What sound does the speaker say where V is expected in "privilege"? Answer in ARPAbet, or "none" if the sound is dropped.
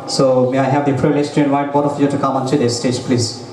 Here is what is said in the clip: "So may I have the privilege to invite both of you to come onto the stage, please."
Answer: none